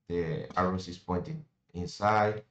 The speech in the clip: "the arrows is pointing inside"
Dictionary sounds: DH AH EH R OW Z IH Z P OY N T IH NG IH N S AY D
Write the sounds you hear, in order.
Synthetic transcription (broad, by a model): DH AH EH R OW S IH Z P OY N T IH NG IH N S AY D